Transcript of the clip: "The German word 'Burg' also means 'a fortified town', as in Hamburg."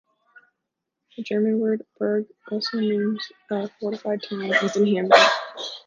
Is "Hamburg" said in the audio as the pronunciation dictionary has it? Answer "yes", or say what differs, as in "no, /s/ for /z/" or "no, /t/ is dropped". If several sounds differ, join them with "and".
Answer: no, /b/ is dropped and /ɡ/ is dropped